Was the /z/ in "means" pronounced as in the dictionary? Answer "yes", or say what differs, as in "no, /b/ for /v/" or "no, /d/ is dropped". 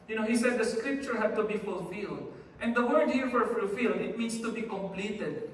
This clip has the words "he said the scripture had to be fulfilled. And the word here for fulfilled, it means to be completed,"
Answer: no, /s/ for /z/